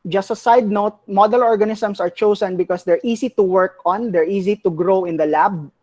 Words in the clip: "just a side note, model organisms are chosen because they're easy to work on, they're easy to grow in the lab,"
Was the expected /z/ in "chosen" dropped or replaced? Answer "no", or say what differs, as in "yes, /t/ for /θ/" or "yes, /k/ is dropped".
yes, /s/ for /z/